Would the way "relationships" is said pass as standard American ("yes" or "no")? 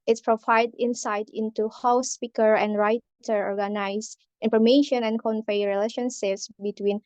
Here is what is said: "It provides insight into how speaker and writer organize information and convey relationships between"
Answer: yes